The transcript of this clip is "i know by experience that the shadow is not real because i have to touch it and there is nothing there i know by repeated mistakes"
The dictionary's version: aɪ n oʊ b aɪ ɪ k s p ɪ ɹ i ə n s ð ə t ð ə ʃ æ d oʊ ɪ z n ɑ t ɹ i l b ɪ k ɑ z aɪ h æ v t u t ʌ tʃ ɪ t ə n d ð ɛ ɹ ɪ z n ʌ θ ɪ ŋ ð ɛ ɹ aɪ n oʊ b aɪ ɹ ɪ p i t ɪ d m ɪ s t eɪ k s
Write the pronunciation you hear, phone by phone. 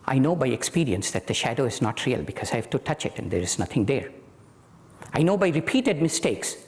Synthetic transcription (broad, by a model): aɪ n oʊ b aɪ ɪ k s p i ɹ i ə n s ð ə t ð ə ʃ æ d oʊ ɪ z n ɑ t ɹ i l b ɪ k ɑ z aɪ h æ v t u t ʌ tʃ ɪ t ə n d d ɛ ɹ ɪ z n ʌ t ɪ ŋ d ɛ ɹ aɪ n oʊ b aɪ ɹ ɪ p i t ɪ d m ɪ s t eɪ k s